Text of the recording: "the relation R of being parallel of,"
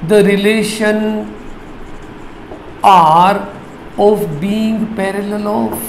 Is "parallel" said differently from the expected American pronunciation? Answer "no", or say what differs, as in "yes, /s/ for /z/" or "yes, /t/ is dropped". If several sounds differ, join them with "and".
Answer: no